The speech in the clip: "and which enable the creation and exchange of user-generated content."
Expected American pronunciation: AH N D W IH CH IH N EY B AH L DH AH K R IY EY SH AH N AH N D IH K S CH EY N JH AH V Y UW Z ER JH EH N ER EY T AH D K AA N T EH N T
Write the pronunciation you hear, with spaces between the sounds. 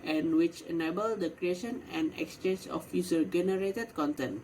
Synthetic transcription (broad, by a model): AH N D W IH CH IH N EY B AH L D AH K R IY EY SH AH N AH N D IH K S CH EY N JH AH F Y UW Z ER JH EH N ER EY T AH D K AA N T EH N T